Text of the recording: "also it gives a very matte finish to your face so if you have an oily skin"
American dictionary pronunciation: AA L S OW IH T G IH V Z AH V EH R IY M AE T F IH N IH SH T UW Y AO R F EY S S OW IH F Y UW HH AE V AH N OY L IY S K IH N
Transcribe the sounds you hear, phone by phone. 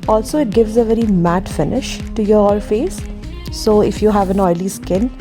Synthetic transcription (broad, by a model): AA L S OW IH T G IH V Z AH V EH R IY M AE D F IH N IH SH T UW Y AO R F EY S S OW IH F Y UW HH AE V AH N OY L IY S K IH N